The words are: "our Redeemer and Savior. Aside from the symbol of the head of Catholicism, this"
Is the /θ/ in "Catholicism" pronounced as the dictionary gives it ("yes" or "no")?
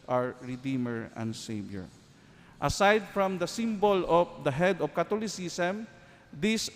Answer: no